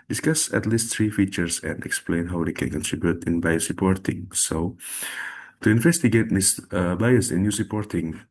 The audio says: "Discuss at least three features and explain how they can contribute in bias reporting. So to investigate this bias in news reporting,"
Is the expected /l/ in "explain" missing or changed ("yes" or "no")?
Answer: no